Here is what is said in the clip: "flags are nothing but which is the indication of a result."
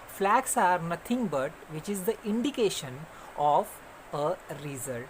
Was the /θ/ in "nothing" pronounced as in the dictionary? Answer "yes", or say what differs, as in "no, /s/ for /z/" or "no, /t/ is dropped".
no, /t/ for /θ/